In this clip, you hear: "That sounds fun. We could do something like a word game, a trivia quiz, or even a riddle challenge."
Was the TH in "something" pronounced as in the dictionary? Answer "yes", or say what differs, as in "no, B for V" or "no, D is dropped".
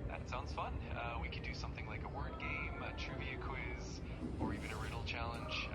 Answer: yes